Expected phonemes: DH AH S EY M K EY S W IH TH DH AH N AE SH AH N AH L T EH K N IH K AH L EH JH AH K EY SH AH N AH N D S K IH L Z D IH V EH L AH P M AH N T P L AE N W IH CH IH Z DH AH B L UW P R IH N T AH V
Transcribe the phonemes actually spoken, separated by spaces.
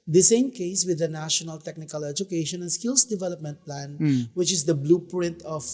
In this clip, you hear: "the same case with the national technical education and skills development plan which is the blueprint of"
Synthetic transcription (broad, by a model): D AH S EY M K EY S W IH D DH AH N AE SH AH N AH L T EH K N IH K AH L EH JH AH K EY SH AH N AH N S K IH L S D IH V EH L AH P M AH N T P L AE N W IH CH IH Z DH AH B L UW P R IH N T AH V